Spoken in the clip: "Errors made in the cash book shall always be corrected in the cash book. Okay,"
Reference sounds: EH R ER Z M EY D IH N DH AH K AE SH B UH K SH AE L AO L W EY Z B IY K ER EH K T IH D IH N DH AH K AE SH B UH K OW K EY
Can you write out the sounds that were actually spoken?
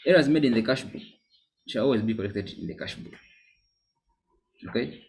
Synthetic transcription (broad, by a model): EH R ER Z M EY D IH N DH AH K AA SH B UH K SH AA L AO L W EY Z B IY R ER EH K T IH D IH N DH AH K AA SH B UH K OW K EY